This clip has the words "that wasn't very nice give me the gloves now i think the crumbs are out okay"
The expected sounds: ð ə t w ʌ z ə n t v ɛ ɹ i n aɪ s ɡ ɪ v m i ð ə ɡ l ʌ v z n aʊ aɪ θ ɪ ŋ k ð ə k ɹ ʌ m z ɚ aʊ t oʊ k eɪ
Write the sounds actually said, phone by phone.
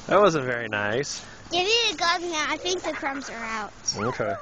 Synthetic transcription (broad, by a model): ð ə t w ʌ z ə n t v ɛ ɹ i n aɪ s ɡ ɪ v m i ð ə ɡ ʌ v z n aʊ aɪ θ ɪ ŋ k ð ə k ɹ ʌ m z ɚ aʊ t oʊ k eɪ